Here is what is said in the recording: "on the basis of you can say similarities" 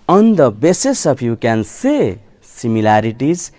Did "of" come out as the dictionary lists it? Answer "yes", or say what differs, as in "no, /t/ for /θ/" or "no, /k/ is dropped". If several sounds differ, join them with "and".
no, /p/ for /v/